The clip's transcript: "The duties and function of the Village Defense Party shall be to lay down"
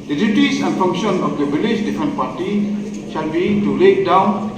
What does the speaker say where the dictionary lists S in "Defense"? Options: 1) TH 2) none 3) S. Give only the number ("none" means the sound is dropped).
2